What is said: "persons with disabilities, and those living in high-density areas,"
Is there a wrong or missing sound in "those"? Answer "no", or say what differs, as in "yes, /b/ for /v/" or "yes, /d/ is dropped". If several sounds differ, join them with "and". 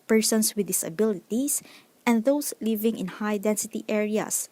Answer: yes, /s/ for /z/